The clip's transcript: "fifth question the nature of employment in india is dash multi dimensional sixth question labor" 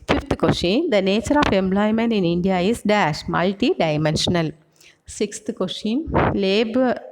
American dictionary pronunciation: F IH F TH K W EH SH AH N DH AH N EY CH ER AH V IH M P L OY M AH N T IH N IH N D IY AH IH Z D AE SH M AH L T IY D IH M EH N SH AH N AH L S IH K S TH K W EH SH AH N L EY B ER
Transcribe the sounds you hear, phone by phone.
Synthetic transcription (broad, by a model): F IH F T K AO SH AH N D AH N EY CH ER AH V IH M P L OY M AH N T IH N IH N D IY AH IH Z D AE SH M AH L T IY D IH M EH N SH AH N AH L S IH K S T K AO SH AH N L EY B